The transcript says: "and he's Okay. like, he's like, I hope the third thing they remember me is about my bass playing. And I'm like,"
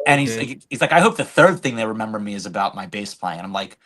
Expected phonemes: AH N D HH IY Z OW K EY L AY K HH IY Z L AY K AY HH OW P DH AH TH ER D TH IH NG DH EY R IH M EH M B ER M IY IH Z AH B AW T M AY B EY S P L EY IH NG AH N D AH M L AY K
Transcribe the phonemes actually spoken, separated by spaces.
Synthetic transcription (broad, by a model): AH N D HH IY Z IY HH IY Z L AY K AY HH OW P DH AH TH ER D TH IH NG DH EY R IH M EH M B ER M IY IH Z AH B AW T M AY B EY S P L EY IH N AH AH M L AY K